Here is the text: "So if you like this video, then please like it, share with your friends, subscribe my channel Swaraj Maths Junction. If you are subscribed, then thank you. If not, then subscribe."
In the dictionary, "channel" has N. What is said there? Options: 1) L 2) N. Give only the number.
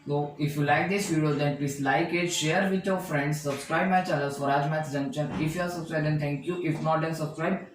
1